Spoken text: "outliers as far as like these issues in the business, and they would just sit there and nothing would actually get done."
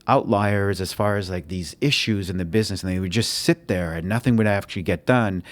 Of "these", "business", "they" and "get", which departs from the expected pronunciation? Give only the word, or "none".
none